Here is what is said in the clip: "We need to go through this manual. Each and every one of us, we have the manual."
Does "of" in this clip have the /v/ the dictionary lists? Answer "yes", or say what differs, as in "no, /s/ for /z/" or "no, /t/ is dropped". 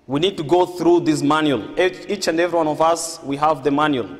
yes